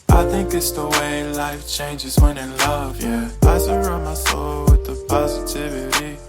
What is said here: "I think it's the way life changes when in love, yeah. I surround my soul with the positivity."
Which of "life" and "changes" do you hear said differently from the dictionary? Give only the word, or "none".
none